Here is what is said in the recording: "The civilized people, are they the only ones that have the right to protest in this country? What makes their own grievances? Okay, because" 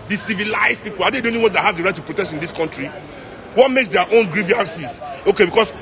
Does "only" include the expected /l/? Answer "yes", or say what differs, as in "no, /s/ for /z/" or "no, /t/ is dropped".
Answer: no, /l/ is dropped